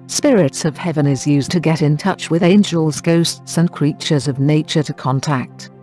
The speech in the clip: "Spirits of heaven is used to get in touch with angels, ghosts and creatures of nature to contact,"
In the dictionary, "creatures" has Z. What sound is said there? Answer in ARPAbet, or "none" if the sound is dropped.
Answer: Z